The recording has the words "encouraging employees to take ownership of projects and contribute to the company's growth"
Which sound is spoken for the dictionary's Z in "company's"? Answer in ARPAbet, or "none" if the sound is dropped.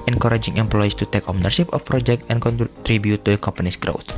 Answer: S